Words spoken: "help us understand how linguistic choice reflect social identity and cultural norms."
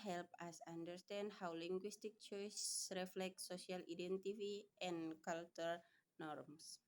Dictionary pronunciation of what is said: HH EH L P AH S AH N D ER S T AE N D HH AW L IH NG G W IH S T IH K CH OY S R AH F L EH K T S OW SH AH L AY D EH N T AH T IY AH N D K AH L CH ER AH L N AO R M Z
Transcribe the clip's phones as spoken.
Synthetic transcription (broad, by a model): HH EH L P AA S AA N D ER S T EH N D HH AW L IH NG G W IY S T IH K CH OY S R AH F L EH K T S OW S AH L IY D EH N T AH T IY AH N K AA L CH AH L N AO R M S